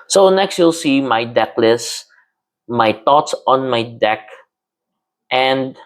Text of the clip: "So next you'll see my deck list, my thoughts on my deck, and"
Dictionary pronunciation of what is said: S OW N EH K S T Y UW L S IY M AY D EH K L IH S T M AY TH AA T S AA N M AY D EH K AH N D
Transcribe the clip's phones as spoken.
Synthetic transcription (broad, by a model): S OW N EH K S T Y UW L S IY M AY D EH K L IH S M AY T AA T S AA N M AY D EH K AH N D